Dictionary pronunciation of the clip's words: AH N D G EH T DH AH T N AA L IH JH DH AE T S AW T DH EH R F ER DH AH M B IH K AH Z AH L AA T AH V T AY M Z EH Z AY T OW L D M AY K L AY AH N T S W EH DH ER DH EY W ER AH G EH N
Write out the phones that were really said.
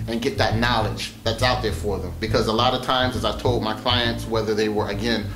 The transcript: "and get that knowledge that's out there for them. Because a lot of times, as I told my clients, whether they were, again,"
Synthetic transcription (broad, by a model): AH N G EH T DH AH T N AA L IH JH DH AE T S AW T DH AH R F ER DH AH M B IH K AH Z AH L AA T AH V T AY M Z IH Z AY T OW L D M AY K L AY AH N T S W EH DH ER DH EY W ER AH G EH N